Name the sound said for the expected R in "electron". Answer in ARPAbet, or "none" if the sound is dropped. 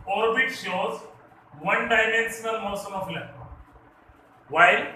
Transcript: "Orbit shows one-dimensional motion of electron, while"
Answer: none